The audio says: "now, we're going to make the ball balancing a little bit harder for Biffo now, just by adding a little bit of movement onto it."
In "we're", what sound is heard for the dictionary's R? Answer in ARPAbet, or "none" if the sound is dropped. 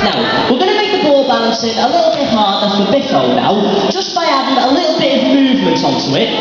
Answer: L